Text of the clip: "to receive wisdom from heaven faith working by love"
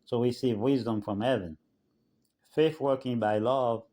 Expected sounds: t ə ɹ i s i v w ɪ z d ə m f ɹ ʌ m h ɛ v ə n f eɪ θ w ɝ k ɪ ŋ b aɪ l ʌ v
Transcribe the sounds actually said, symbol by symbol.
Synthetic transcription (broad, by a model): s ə w i s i v w ɪ z d ə m f ɹ ʌ m h ɛ v ə n f eɪ θ w ɝ k ɪ ŋ b aɪ l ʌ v